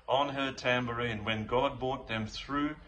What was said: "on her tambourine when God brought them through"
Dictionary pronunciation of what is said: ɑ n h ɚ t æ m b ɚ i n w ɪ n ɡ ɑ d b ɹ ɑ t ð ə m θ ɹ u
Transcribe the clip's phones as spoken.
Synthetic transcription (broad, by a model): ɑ n h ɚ t æ m b ɚ i n w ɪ n ɡ ɑ d b ɑ t ð ə m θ ɹ u